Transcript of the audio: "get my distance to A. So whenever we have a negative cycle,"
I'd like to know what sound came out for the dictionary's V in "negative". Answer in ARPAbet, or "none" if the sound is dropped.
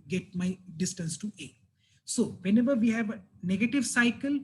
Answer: V